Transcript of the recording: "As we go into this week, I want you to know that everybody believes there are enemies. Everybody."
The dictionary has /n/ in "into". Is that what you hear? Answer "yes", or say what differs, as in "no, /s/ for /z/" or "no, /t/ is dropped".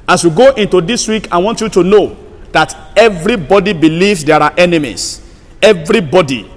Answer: yes